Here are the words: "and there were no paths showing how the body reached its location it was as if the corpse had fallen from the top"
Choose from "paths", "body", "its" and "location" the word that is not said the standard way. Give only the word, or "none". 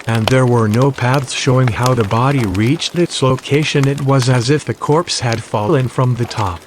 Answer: none